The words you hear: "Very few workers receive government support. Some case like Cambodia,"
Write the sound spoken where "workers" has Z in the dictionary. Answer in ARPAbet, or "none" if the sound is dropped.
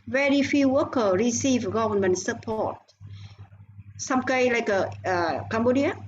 none